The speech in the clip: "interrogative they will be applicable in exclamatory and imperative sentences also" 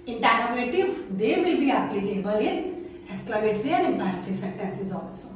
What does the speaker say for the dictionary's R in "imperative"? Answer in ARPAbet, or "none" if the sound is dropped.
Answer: none